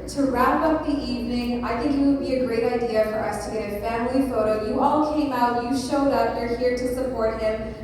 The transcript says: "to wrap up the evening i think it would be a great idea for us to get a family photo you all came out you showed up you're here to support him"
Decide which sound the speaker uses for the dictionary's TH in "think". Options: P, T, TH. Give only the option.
TH